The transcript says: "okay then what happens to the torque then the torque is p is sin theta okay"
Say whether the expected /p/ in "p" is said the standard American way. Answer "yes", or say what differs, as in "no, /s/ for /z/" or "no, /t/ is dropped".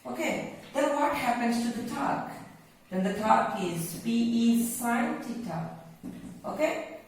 no, /b/ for /p/